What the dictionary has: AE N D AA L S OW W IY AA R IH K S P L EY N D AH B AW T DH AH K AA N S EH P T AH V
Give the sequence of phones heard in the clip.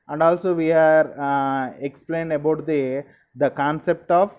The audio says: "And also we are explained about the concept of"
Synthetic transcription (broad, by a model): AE N D AA L S OW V IY AA R IH K S P L EY N D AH B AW T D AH K AA N S EH P T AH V